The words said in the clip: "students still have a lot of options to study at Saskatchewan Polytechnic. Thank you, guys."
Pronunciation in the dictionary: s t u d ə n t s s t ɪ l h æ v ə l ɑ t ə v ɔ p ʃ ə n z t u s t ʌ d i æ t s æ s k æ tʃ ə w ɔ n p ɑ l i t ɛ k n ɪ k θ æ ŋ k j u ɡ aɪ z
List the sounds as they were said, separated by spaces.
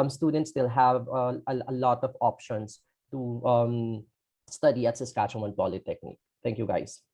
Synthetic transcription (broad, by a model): s t u d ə n t s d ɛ l h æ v ə l ɑ t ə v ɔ p ʃ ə n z t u s t ʌ d i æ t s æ s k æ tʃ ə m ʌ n p ɑ l i t ɛ k n ɪ k t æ ŋ k j u ɡ aɪ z